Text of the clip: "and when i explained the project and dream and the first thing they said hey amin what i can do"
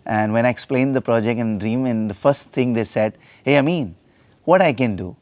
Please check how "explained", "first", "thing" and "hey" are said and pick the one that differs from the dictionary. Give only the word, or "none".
thing